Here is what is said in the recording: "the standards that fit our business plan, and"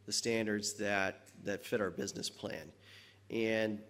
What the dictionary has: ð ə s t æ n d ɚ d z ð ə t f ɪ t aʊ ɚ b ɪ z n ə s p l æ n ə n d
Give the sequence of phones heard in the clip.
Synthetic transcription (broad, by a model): ð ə s t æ n d ɚ d z ð ə t f ɪ t aʊ ɚ b ɪ z n ə s p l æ n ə n